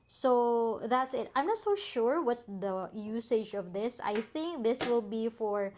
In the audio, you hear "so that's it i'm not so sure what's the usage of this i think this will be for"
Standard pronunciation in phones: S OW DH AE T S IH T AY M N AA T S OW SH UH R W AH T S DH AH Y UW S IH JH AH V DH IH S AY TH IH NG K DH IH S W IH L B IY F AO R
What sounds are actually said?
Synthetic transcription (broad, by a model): S OW DH AE T S IH T AY M N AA T S OW SH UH R W AH T S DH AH Y UW S IH JH AH V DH IH S AY TH IH NG K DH IH S W IH L B IY F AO R